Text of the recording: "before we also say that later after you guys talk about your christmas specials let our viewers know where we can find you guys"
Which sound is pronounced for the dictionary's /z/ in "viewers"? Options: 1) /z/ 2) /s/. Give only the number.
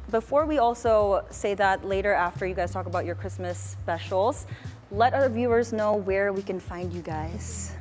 1